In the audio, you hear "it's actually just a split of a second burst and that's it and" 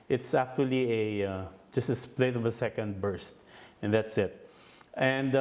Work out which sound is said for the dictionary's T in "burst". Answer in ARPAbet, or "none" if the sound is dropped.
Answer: T